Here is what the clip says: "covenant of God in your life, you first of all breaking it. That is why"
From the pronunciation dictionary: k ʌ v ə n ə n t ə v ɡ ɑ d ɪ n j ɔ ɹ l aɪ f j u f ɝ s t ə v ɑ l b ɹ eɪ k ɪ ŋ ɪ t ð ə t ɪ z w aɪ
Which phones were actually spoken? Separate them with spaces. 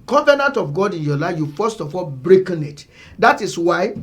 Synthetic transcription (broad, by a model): k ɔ v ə n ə n t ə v ɡ ɑ d ɪ n j ɔ l aɪ f j u f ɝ s t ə f ɑ l b ɹ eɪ k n ɪ t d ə t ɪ s w aɪ